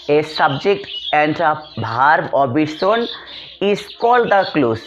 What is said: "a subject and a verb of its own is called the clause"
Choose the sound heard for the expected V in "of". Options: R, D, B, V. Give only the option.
B